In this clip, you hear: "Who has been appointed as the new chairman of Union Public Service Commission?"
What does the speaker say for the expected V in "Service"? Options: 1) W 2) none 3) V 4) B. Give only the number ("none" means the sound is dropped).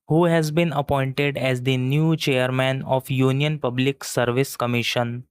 3